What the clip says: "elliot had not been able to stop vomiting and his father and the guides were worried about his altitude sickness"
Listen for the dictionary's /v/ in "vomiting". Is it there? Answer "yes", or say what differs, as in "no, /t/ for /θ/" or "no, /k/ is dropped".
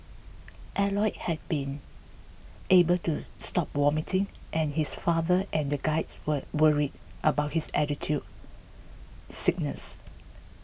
no, /w/ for /v/